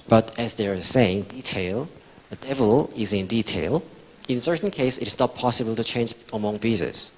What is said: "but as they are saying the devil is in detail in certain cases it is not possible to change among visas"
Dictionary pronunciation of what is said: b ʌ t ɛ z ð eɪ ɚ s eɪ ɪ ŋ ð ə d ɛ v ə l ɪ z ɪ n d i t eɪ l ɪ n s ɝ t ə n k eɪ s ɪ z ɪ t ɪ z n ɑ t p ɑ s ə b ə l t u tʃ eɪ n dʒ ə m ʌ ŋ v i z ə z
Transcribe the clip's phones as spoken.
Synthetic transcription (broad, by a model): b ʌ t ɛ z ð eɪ ɚ s eɪ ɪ ŋ ð ə d ɛ v ə l ɪ z ɪ n d i t eɪ l ɪ n s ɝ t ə n k eɪ ɪ s ɪ t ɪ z n ɑ t p ɑ s ə b ə l t u tʃ eɪ n dʒ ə m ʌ ŋ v i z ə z